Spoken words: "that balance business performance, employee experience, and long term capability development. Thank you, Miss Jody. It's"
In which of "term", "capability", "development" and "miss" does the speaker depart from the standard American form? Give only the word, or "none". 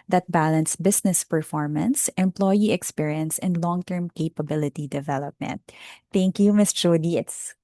none